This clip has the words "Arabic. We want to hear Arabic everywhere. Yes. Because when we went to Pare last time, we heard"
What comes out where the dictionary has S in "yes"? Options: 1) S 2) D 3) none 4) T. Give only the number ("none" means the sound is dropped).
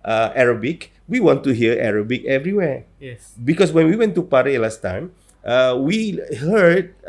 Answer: 3